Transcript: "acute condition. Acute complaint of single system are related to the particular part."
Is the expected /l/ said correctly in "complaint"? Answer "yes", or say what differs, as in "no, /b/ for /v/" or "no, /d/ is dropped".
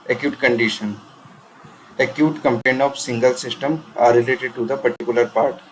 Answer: no, /l/ is dropped